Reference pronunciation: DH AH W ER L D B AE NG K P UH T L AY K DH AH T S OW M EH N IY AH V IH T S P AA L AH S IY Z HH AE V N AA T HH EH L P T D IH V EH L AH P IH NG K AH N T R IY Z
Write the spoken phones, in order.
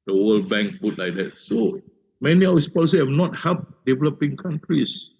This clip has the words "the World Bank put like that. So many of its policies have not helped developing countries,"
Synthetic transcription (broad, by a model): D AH W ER L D B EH NG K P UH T L AY K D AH T S OW M EH N IY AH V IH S P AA L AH S IY HH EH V N AA T HH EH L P D IH V EH L AH P IH NG K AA N T R IY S